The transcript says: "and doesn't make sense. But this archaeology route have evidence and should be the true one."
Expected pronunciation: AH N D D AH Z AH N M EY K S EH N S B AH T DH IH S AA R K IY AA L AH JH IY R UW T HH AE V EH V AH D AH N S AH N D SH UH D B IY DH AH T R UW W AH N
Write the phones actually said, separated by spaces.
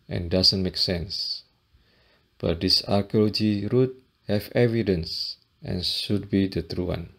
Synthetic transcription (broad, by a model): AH N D D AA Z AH N M EY K S EH N S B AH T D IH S AA R K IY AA L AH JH IY R UW T HH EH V EH V AH D AH N S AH N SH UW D B IY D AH T R UW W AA N